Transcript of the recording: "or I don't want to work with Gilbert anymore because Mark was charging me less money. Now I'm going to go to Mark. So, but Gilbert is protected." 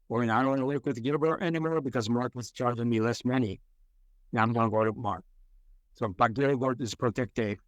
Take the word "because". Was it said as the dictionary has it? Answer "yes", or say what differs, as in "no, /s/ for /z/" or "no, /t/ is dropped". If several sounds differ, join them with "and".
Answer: yes